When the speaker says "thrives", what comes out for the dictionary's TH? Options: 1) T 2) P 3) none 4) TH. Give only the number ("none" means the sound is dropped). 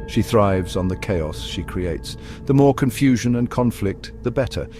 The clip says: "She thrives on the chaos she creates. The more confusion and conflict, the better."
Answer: 4